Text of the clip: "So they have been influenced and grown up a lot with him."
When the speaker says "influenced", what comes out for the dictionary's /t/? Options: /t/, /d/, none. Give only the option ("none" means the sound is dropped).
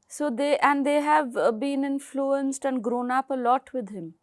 /t/